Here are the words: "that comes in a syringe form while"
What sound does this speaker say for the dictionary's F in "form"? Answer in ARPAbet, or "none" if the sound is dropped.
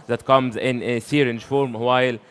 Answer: F